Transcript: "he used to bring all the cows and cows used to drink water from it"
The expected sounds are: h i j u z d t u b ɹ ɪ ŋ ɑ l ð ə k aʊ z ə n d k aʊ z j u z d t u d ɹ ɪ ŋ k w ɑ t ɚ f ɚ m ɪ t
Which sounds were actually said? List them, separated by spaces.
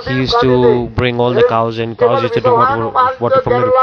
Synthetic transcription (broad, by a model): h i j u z t u b ɹ ɪ ŋ ɑ l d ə k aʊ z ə n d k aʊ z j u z t u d w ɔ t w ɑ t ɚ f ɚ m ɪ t